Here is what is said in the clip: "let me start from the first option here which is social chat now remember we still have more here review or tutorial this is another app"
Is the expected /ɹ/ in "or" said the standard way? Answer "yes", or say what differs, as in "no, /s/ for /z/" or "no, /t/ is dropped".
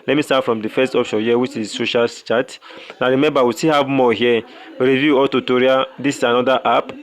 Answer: no, /l/ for /ɹ/